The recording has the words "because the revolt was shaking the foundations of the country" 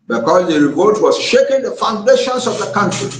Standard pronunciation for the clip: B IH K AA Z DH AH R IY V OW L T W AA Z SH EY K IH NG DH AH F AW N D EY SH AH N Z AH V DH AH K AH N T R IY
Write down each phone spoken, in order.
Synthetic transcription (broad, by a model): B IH K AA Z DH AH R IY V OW T W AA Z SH EY K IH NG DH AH F AW N D EY SH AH N S AH V DH AH K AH N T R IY